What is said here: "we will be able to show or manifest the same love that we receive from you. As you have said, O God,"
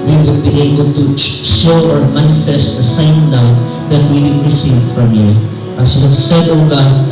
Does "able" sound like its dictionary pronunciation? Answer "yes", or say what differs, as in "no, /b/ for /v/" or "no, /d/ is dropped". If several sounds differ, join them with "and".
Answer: yes